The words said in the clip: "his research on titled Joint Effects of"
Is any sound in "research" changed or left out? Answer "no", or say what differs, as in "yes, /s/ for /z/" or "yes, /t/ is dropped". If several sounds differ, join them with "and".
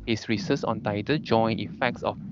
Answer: yes, /s/ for /tʃ/